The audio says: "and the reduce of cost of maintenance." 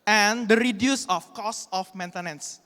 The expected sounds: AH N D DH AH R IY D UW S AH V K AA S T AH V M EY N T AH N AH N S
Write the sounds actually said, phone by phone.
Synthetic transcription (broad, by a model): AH N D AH R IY D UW S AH F K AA S AH F M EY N T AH N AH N S